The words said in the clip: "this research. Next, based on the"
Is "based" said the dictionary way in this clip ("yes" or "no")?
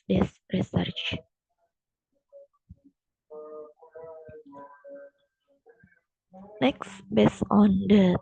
no